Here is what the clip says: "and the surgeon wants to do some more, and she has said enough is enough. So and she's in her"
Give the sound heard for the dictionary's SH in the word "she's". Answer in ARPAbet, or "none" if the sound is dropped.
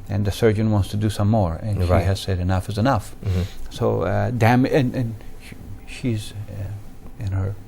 SH